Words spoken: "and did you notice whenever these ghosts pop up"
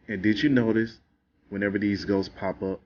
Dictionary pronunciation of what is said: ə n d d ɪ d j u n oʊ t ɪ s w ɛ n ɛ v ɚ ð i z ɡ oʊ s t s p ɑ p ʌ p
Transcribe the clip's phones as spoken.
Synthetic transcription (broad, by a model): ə n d d ɪ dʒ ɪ n oʊ t ɪ s w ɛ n ɛ v ɚ ð i z ɡ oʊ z p ɑ p ʌ p